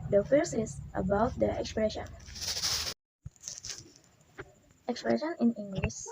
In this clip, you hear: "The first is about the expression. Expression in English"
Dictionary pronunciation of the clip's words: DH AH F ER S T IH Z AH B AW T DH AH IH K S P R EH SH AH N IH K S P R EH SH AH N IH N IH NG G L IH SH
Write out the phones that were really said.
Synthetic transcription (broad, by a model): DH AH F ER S IH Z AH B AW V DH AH IH K S P R EH SH AH N IH K S P R EH SH AH N IH N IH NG G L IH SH